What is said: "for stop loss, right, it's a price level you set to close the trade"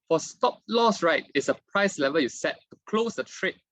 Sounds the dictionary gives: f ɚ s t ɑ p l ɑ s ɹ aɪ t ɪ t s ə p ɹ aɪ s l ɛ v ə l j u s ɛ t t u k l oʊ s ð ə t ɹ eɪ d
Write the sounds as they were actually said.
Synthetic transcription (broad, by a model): f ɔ s t ɑ p l ɑ s ɹ aɪ t ɪ t s ə p ɹ aɪ s l ɛ v ə j u s ɛ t t u k l oʊ s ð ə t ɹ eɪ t